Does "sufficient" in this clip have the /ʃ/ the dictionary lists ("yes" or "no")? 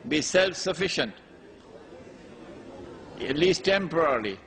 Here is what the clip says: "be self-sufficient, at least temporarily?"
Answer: yes